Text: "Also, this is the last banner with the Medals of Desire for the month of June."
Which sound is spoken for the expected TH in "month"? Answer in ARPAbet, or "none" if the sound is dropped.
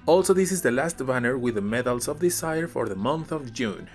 TH